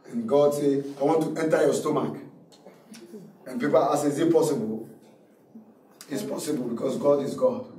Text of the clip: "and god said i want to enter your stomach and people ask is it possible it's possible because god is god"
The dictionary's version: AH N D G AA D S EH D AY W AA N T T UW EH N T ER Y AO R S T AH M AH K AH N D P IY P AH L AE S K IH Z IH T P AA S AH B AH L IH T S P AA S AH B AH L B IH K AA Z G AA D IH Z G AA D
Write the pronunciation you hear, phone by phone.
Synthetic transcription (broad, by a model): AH N G AA D S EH AY W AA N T T UW EH N T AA Y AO S T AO M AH K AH N P IY P AH L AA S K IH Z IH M P AA S AH B AH L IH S P AA S AH B AH L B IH K AA S G AA D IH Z G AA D